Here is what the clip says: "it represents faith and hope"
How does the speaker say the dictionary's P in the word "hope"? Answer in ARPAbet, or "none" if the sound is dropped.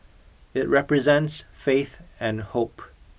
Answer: P